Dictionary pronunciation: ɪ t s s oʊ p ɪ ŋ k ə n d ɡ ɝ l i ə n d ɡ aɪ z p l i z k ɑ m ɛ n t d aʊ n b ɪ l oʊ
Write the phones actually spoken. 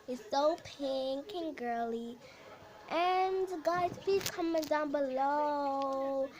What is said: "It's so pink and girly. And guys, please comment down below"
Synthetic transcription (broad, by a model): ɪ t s s oʊ p ɪ ŋ k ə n ɡ ɝ l i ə n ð ɡ aɪ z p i k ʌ m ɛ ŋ d aʊ n b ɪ l oʊ